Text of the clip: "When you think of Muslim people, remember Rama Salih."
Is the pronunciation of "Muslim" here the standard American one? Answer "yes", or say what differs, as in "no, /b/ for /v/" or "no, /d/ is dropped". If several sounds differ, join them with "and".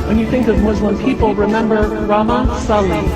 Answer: no, /w/ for /l/